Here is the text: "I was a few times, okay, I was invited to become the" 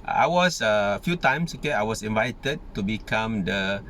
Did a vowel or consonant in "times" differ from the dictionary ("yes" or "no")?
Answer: yes